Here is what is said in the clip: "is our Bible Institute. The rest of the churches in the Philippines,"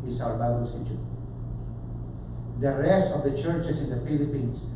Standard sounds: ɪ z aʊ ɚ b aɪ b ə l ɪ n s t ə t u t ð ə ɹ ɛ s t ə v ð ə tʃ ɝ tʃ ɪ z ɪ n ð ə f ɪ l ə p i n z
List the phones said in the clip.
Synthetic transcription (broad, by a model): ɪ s aʊ ɚ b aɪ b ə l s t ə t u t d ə ɹ ɛ s t ə v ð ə tʃ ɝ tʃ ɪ s ɪ n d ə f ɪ l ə p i n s